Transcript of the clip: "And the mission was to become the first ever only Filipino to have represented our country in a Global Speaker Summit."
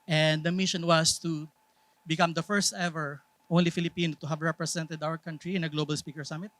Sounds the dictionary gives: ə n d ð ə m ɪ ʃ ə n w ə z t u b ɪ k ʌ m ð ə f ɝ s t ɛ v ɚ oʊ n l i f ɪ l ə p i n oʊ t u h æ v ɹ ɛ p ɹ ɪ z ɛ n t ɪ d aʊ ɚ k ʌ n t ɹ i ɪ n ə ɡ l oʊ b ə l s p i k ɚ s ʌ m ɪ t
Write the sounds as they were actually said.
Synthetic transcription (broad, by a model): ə n d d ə m ɪ ʃ ə n w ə s t u b ɪ k ʌ m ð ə f ɝ s t ɛ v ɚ oʊ n l i f ɪ l ə p i n oʊ t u h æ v ɹ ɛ p ɹ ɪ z ɛ n t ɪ d aʊ ɚ k ʌ n t ɹ i ɪ n ə ɡ l oʊ b ə l s p i k ɚ s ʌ m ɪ t